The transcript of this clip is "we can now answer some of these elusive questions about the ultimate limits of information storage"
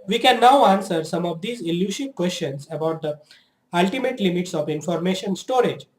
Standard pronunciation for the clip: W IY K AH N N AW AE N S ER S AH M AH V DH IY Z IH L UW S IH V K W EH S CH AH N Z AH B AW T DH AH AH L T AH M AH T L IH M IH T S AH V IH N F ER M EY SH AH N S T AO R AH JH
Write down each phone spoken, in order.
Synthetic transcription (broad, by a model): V IY K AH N N AW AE N S ER S AH M AH V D IY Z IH L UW SH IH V K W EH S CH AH N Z AH B AW T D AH AH L T AH M AH T L IH M IH T S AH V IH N F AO M EY SH AH N S T AO R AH JH